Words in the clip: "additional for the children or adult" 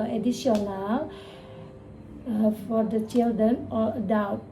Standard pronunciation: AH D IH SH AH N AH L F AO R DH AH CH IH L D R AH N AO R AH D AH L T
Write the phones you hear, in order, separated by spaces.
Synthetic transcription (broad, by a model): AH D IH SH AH N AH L F AO R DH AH CH IH L D R AH N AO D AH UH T